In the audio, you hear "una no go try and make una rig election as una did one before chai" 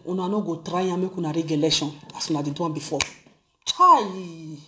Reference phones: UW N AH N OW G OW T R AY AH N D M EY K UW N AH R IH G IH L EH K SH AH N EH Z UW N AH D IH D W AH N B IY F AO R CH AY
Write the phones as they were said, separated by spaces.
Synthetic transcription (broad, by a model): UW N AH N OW G OW T R AY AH M EY K UW N AH R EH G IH L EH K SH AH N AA S UW N AH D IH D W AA B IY F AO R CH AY